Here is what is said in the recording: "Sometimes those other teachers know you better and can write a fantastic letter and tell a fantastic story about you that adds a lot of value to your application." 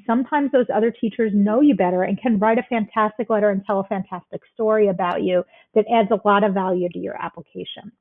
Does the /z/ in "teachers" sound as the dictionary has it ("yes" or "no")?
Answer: yes